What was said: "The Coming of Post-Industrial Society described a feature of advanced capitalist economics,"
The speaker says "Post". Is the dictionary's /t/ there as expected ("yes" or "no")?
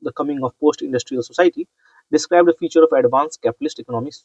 yes